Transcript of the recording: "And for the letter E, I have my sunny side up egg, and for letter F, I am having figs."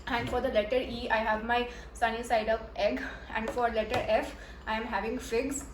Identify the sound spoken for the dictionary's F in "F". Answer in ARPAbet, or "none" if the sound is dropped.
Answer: F